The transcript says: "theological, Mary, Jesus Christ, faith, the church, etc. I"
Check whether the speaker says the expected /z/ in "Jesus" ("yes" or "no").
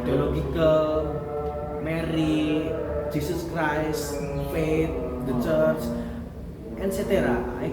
no